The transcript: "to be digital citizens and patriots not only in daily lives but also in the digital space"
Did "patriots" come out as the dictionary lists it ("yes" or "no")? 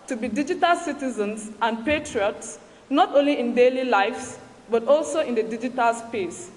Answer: yes